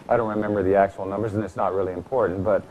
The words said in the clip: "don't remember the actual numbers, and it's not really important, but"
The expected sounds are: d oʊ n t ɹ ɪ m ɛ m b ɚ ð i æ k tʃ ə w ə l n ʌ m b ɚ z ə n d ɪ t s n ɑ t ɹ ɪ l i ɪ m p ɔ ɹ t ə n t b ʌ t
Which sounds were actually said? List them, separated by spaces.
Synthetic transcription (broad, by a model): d oʊ n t ɹ ɪ m ɛ m b ɚ ð i æ k tʃ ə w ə l n ʌ m b ɚ z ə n ɪ t s n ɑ t ɹ ɪ l i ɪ m p ɔ ɹ t n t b ʌ t